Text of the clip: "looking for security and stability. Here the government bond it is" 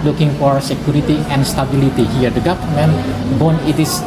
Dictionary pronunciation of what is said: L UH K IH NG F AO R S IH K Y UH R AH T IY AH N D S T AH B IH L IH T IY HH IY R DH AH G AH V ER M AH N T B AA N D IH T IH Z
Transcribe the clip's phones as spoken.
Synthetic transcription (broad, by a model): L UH K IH NG F AO R S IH K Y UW R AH T IY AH N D S T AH B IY L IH T IY HH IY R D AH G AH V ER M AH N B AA N IH T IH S